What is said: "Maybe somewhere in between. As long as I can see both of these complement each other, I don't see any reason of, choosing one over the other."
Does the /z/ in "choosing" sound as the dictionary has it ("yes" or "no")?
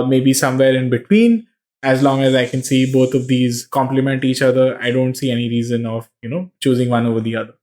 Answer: yes